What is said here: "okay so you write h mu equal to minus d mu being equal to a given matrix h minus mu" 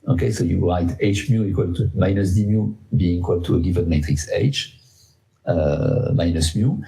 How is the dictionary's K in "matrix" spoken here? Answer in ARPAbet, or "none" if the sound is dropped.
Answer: K